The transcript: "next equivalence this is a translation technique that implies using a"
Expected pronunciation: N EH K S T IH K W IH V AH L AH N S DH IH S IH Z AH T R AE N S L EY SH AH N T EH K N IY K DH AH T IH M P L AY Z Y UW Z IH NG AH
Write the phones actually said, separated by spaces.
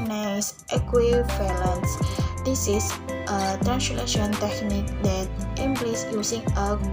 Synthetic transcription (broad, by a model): N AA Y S T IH K W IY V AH L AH N S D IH S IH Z AH T R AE N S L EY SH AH N T EH K N IY K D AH T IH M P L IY S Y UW S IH NG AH